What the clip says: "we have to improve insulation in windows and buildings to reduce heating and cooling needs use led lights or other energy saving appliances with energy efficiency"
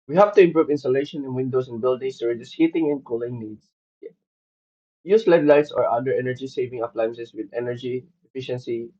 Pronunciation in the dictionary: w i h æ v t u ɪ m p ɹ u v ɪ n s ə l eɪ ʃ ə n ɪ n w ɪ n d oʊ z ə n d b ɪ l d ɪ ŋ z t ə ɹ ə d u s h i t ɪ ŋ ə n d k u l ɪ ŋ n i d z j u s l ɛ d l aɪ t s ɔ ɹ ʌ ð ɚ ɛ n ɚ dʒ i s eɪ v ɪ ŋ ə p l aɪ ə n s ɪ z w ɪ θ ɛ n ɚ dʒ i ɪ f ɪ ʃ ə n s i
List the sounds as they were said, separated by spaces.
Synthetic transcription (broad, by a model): w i h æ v t u ɪ m p ɹ u v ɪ n s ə l eɪ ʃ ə n ɪ n w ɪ n d oʊ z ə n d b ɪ l d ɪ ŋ s t ə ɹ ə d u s h i t ɪ ŋ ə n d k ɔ l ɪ ŋ n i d s j u s l ɛ d l aɪ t s ɔ ɹ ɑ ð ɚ ɛ n ɚ dʒ i s eɪ v ɪ ŋ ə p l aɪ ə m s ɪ s w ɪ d ɛ n ɚ dʒ i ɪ f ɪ ʃ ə n s i